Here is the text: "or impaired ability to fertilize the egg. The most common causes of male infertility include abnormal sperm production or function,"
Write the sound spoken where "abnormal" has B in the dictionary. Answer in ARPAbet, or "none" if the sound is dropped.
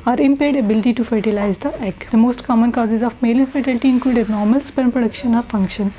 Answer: none